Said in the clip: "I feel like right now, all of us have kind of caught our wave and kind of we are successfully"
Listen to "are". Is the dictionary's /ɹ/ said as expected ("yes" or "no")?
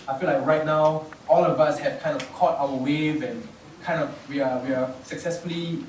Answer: no